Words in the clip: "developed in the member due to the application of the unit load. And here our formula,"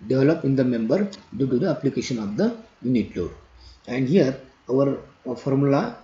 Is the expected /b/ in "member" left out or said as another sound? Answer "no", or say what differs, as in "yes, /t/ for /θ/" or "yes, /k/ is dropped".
no